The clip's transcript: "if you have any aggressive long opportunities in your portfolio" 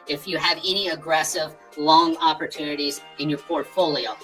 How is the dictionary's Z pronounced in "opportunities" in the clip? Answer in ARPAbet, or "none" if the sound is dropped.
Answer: Z